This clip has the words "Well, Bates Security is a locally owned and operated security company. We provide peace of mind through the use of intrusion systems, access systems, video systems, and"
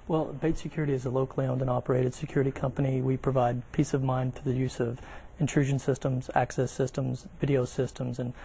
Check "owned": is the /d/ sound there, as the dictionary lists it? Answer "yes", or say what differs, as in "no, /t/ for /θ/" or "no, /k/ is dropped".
yes